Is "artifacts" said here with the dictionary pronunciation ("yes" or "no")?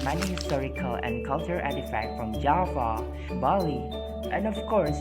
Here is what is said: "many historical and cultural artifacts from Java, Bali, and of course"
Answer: no